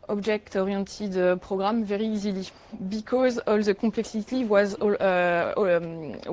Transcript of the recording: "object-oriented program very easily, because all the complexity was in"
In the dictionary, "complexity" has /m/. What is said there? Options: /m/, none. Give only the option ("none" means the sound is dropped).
none